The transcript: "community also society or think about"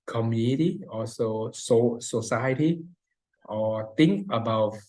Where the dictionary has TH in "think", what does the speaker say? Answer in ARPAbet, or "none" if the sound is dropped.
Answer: T